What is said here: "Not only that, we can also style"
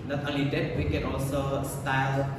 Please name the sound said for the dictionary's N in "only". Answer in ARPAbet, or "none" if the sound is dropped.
none